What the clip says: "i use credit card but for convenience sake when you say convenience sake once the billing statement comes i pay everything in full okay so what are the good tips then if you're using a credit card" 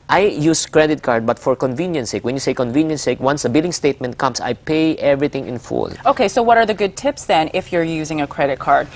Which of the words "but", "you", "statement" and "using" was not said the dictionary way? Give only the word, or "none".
none